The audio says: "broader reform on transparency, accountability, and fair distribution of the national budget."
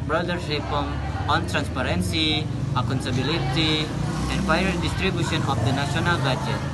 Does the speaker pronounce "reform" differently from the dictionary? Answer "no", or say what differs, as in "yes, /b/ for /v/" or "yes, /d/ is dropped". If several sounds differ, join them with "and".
yes, /p/ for /f/